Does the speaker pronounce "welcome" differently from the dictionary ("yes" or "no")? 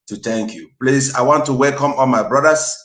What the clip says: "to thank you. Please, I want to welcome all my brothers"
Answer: no